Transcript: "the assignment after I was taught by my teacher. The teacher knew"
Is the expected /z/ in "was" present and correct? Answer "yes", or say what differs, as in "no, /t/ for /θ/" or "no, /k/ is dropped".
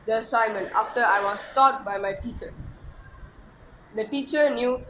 no, /s/ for /z/